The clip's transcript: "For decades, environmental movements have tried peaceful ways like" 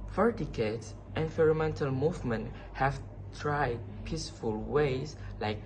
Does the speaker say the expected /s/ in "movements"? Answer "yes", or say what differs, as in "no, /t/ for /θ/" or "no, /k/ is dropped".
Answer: no, /s/ is dropped